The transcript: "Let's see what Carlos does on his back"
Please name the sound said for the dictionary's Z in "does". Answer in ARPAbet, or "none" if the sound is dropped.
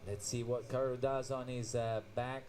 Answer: Z